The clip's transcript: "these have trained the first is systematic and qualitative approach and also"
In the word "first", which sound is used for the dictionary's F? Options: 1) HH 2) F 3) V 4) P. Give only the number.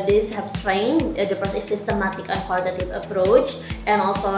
4